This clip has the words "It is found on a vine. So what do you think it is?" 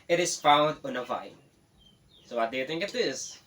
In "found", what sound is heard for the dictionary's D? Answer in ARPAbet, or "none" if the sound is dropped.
D